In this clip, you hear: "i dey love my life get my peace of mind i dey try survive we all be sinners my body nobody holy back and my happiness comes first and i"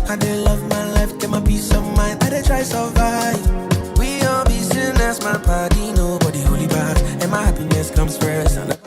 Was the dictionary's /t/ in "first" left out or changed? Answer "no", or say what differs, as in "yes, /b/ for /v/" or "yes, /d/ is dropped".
yes, /t/ is dropped